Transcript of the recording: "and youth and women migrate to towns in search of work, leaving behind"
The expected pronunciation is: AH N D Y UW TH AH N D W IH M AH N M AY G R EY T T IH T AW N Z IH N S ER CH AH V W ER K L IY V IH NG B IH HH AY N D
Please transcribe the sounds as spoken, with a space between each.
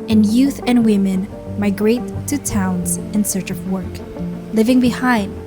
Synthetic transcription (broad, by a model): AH N Y UW TH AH N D W IH M AH N M AY G R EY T T IH T AW N Z IH N S ER CH AH V W ER K L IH V IH NG B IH HH AY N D